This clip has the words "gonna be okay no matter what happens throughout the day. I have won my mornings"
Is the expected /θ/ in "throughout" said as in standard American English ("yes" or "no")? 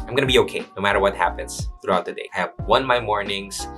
yes